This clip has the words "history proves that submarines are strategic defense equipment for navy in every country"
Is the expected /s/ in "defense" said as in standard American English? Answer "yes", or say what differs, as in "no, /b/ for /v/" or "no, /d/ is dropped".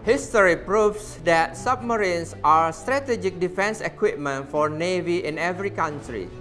yes